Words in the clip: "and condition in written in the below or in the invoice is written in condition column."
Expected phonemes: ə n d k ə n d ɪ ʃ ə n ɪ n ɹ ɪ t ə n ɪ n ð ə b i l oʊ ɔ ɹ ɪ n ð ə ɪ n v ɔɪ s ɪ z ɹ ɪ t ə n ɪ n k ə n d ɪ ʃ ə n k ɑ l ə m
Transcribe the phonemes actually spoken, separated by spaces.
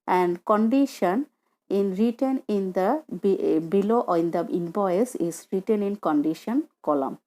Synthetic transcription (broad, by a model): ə n d k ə n d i ʃ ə n ɪ n ɹ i t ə n ɪ n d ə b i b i ɔ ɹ ɪ n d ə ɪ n b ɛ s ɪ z ɹ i t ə n ɪ n k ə n d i ʃ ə n k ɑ l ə m